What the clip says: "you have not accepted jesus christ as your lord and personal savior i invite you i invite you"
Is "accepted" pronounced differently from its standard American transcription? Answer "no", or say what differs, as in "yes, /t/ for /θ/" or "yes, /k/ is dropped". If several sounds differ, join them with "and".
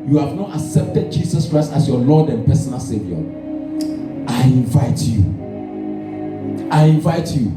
no